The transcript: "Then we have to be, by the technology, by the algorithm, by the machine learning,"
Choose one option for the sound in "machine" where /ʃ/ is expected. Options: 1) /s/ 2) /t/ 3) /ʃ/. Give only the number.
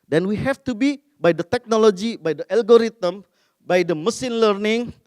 1